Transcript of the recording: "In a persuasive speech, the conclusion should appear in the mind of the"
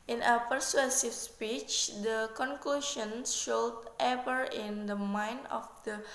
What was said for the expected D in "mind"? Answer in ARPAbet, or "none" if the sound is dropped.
none